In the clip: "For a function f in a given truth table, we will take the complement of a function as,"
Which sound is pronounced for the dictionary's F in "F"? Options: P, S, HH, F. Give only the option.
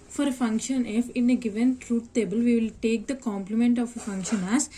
F